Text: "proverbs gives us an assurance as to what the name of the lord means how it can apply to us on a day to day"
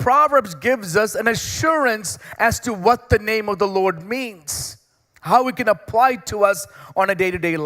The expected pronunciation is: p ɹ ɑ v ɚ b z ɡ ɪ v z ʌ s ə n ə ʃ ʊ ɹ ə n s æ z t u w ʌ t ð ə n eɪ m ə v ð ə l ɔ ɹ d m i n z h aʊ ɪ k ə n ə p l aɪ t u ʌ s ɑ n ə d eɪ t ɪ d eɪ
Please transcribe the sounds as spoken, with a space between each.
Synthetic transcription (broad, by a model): p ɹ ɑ v ɚ b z ɡ ɪ v z ʌ s ə n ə ʃ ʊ ɹ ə n s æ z t u w ʌ t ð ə n eɪ m ə v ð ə l ɔ ɹ d m i n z h aʊ ɪ k ə n ə p l aɪ t u ʌ s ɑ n ə d eɪ t ɪ d eɪ